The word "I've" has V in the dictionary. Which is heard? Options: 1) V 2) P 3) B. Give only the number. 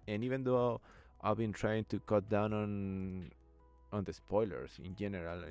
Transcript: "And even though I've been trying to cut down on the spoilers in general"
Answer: 3